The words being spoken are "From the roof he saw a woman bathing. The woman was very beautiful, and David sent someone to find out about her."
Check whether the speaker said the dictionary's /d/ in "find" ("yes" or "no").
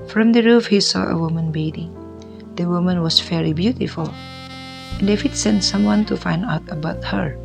yes